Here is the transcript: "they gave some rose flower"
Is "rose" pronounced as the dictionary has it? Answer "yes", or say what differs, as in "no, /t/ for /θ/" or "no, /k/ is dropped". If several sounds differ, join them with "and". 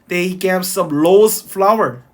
no, /l/ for /ɹ/